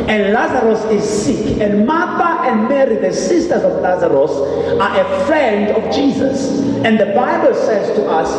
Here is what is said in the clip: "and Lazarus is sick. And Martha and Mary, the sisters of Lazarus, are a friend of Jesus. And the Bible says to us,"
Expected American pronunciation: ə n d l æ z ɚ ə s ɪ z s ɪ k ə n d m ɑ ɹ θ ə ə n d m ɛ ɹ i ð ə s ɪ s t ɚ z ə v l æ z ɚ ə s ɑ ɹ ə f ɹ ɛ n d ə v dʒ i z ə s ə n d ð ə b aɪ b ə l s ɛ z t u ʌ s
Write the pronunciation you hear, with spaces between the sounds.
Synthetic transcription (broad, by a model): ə n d l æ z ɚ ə s ɪ z s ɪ k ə n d m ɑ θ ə ə n d m ɛ ɹ i ð ə s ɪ s t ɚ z ə v l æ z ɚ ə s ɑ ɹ ə f ɹ ɛ n d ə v dʒ i z ə s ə n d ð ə b aɪ b ə l s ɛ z t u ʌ s